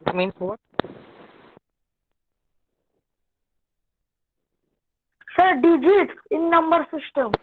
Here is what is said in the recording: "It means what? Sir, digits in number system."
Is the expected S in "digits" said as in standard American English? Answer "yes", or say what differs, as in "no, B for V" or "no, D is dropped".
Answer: no, S is dropped